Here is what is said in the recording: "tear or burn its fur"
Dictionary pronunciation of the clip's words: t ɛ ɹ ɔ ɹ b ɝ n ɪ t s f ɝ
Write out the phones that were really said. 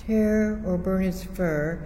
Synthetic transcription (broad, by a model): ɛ ɹ ɔ ɹ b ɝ ɪ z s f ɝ